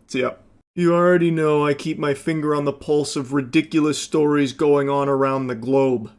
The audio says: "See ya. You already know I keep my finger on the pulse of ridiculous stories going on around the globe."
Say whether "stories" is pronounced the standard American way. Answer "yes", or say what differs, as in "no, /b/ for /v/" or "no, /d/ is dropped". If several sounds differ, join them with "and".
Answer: yes